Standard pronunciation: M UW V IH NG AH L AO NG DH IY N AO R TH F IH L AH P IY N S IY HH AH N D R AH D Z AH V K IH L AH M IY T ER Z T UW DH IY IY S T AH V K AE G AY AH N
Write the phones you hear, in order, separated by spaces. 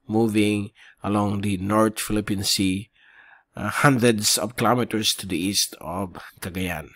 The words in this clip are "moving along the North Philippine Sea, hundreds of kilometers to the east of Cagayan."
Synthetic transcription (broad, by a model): M UW V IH NG AH L AO NG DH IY N AO R T F IH L AH P IY N S IY HH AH N D R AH D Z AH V K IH L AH M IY T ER S T UW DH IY IY S T AH V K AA G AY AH N